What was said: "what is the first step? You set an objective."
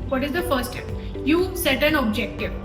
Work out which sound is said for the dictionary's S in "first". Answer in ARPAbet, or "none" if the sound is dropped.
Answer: none